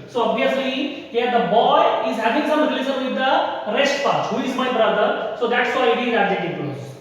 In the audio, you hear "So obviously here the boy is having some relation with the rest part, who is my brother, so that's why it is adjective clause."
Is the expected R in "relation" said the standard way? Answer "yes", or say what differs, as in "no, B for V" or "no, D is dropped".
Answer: no, L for R